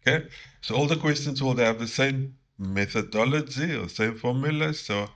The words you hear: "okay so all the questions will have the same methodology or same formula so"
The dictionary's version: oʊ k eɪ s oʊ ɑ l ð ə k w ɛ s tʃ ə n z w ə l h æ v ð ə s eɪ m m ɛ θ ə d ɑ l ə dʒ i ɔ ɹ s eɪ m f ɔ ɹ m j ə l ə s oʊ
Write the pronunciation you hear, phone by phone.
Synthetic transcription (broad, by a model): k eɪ s oʊ ɑ l ð ə k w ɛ s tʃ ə n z w ə l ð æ v ð ə s eɪ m m ɛ θ ə d ɑ l ə dʒ i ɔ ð s eɪ m f ɔ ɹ m j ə l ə s oʊ